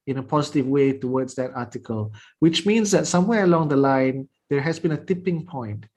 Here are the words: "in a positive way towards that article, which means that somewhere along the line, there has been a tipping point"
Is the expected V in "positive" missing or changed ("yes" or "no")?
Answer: no